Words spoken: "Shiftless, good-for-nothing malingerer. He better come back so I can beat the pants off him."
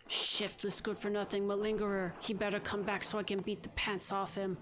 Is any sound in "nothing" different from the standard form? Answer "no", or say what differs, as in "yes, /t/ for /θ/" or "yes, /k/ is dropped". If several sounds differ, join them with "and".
no